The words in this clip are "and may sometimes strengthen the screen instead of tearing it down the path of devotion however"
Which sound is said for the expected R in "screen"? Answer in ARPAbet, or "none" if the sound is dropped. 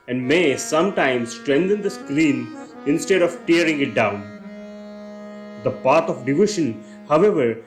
L